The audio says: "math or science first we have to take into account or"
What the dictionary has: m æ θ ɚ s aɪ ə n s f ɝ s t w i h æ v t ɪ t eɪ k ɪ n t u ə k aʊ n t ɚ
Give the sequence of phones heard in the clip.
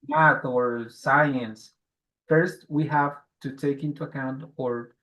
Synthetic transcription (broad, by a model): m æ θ ɚ s aɪ ə n s f ɝ s t w i h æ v t ɪ t eɪ k ɪ n t u ə k aʊ n t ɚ